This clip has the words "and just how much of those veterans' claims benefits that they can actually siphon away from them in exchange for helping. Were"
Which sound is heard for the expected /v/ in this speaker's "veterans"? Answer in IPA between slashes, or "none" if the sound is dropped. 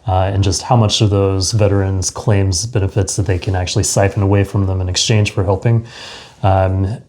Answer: /v/